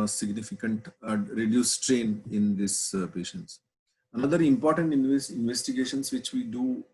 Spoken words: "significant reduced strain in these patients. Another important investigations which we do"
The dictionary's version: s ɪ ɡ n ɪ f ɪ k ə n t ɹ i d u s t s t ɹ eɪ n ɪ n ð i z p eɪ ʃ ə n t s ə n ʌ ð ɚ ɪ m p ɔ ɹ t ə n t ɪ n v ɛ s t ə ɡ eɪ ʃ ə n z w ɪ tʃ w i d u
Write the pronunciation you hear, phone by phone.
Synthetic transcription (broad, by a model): s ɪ ɡ n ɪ f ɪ k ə n t ɹ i d u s s t ɹ eɪ n ɪ n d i s p eɪ ʃ ə n t s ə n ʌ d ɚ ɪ m p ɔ ɹ t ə n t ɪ n v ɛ s t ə ɡ eɪ ʃ ə n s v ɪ tʃ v i d u